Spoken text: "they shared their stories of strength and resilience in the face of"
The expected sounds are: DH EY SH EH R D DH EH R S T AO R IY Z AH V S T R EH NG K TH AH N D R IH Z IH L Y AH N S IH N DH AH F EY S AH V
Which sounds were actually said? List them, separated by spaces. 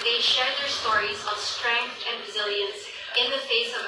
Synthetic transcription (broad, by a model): DH EY SH EH R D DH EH R S T AO R IY Z AH V S T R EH NG K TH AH N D R IH Z IH L Y AH N S IH N DH AH F EY S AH V